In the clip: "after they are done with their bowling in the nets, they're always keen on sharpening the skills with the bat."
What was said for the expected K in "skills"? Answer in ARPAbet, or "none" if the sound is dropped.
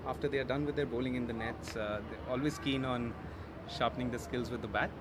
K